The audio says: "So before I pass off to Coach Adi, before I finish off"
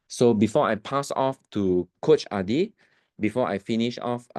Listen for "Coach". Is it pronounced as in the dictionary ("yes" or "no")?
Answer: yes